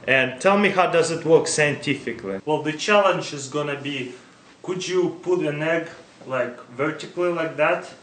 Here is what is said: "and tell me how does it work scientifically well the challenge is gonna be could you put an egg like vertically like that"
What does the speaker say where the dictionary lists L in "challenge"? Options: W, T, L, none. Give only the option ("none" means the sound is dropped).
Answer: L